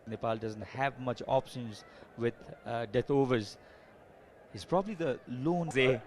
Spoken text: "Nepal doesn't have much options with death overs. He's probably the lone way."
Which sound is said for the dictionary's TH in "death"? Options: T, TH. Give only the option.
T